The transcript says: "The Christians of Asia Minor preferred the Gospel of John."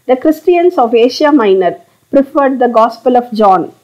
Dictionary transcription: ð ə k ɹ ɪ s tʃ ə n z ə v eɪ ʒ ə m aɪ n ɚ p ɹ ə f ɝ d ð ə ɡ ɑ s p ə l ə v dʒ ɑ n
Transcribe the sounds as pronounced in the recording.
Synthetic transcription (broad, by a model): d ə k ɹ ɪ s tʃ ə n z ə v eɪ ʃ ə m aɪ n ɚ p ɹ ə f ɝ d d ə ɡ ɑ s p ə l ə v dʒ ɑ n